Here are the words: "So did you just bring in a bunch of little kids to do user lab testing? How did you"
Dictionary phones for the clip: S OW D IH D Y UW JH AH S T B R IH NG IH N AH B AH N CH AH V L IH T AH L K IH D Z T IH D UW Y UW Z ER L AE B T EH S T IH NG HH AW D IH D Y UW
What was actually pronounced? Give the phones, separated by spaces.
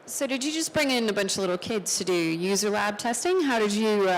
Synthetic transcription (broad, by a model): S OW D IH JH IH JH AH S B R IH NG IH N AH B AH N CH AH V L IH T L K IH D Z T IH D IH Y UW Z ER L AE B T EH S T IH NG HH AW D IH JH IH